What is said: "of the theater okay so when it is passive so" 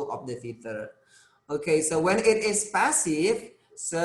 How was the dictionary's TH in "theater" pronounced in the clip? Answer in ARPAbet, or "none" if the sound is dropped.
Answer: F